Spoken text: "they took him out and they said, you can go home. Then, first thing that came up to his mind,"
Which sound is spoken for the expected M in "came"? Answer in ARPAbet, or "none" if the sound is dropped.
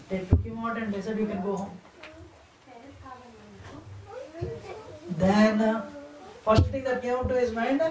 none